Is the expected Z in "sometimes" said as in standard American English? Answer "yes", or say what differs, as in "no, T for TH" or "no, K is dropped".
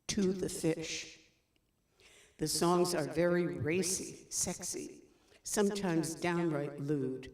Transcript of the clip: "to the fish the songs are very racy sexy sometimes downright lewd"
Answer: yes